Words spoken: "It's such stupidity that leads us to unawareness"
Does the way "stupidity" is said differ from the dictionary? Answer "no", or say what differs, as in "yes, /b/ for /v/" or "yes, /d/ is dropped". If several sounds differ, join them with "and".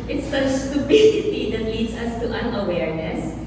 yes, /b/ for /p/